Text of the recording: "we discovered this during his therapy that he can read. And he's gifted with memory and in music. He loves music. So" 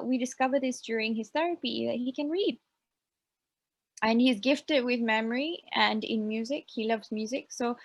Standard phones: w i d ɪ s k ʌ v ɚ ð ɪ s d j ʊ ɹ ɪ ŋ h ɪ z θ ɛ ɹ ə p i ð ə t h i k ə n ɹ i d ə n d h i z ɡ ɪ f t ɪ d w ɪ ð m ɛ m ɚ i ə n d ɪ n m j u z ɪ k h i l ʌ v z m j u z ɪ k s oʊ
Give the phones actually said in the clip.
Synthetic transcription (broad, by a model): w i d ɪ s k ʌ v ɚ ð ɪ s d j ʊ ɹ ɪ ŋ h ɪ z θ ɛ ɹ ə p i ð ə t h i k ə n ɹ i d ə n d h i z ɡ ɪ f t ɪ d w ɪ ð m ɛ m ɚ i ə n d ɪ n m j u z ɪ k h i l ʌ v z m j u z ɪ k s oʊ